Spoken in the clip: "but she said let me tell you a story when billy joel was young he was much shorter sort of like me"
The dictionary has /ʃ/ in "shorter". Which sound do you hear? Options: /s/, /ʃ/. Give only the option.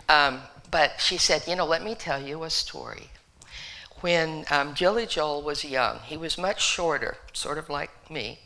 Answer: /ʃ/